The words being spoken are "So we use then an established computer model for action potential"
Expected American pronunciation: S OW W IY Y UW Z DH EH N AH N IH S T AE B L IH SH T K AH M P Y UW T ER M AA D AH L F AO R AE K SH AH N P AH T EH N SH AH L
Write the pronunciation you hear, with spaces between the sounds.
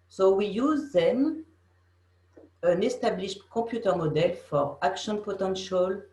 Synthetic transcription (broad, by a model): S OW W IY Y UW Z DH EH N AH N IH S T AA B L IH SH T K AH P Y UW T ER M AA D AH L F AO R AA K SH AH N P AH T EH N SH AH L